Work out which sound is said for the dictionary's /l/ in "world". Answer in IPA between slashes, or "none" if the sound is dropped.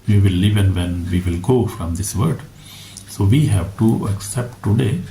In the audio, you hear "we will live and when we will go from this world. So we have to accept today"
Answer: none